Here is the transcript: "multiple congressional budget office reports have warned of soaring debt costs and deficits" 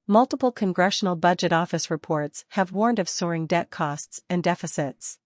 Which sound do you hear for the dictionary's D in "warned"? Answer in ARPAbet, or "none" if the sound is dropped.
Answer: D